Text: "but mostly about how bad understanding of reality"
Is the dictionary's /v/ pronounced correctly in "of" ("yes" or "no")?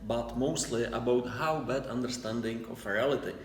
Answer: no